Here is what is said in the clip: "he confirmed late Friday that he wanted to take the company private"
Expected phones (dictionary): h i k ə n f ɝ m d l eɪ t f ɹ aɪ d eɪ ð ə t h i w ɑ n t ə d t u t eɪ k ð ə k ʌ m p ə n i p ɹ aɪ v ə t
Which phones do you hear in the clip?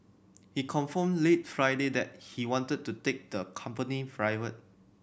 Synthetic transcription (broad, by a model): h i k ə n f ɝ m l eɪ t f ɹ aɪ d eɪ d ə t h i w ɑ n t ə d t u t eɪ k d ə k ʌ m p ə n i f ɹ aɪ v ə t